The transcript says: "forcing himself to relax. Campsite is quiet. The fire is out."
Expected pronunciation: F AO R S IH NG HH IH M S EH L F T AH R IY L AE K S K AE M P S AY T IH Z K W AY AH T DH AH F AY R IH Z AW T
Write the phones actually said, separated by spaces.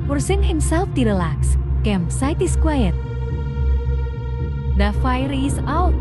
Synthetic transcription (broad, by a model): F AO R S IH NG HH IH M S EH L F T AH R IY L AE K S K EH M S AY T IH S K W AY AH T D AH F AY R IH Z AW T